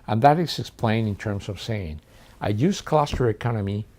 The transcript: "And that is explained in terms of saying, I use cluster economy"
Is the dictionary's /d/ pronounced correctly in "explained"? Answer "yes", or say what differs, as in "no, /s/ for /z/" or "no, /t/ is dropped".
no, /d/ is dropped